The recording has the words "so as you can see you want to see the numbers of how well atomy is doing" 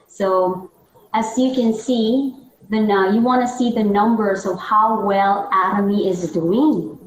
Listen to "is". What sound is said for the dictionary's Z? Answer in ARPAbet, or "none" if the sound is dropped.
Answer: Z